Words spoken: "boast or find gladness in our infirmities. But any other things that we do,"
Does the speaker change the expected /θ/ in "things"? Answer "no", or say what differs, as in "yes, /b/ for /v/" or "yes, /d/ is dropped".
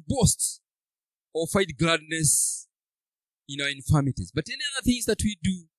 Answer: no